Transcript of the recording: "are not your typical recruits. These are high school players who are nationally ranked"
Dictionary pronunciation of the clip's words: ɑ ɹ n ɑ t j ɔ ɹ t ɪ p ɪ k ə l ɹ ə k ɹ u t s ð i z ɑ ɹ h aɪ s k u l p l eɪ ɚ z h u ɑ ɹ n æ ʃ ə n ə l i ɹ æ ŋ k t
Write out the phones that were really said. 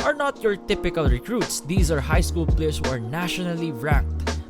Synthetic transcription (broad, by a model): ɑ ɹ n ɑ t j ɔ ɹ t ɪ p ɪ k ə l ɹ ə k ɹ u t s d i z ɑ ɹ h aɪ s k u l p l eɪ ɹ s h u ɑ ɹ n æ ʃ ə n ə l i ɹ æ k t